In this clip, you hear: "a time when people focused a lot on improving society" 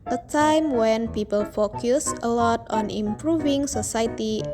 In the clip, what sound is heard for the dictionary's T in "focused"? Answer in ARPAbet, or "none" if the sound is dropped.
none